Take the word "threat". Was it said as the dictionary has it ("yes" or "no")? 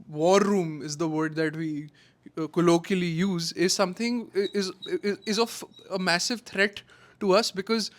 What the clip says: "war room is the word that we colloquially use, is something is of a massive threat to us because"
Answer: no